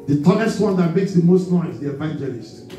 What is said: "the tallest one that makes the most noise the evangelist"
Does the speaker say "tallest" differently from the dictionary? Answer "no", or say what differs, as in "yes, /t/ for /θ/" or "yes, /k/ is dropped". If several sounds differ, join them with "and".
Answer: yes, /n/ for /l/